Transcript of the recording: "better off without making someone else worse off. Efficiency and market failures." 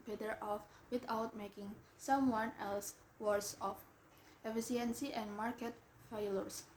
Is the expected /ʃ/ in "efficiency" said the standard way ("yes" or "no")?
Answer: no